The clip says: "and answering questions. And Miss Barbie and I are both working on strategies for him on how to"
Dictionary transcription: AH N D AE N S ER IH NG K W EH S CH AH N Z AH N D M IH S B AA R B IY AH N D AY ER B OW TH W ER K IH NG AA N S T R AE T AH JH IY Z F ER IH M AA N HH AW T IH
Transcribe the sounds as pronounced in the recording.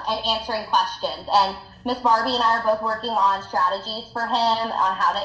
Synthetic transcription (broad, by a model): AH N AE N S ER IH NG K W EH S CH AH N Z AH N M IH S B AA R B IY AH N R ER B OW TH W ER K IH NG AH N S T R AE T AH JH IY Z F ER IH M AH N HH AW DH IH